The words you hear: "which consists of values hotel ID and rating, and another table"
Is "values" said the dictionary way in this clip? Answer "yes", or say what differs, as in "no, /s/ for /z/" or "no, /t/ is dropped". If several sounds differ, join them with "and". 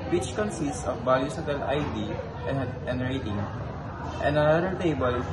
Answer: no, /b/ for /v/